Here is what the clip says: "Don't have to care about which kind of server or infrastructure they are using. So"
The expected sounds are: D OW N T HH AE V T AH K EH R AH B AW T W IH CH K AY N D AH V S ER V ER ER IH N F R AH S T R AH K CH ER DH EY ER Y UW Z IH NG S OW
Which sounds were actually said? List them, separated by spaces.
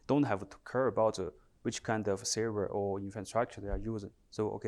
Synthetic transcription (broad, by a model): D OW N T HH AE V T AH K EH R AH B AW T W IH CH K AY N D AH V S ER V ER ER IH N F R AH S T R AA K CH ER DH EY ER Y UW Z IH NG S OW